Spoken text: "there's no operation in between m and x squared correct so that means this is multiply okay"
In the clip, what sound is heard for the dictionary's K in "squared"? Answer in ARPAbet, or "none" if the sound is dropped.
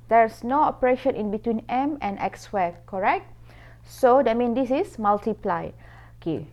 none